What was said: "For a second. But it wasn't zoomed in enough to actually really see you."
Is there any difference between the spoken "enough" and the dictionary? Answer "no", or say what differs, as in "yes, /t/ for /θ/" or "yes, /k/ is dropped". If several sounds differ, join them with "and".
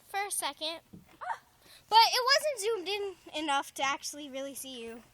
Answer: no